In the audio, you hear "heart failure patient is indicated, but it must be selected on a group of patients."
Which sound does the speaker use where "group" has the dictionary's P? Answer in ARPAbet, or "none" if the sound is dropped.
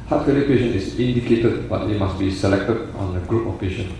P